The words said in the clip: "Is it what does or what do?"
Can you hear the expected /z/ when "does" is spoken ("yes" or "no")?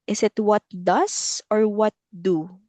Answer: no